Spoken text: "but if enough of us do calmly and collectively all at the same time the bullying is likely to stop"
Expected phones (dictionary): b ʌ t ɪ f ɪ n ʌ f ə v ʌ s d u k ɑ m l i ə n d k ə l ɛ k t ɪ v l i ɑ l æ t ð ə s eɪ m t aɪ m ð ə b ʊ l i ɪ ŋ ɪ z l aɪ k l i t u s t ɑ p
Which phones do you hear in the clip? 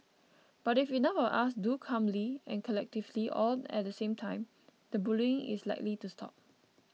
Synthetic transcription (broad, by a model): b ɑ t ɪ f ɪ n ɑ ə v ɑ s d u k ɑ m l i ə n k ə l ɛ k t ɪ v l i ɑ l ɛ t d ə s eɪ m t aɪ m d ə b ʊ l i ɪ ŋ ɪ s l aɪ k l i t u s t ɑ p